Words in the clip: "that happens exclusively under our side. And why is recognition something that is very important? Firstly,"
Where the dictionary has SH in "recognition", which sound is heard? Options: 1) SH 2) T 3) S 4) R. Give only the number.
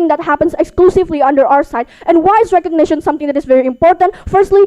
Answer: 1